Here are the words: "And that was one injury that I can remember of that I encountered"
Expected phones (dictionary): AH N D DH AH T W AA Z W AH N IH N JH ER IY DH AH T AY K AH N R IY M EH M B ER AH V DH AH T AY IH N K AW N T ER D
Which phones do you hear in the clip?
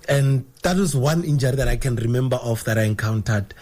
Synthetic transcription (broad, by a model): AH N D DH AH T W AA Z W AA N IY N JH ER IY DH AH T AY K AH N R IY M EH M B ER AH F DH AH T AY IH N K AW N T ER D